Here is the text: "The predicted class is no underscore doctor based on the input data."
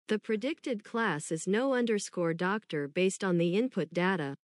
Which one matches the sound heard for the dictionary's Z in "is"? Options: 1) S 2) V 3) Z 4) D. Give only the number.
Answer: 3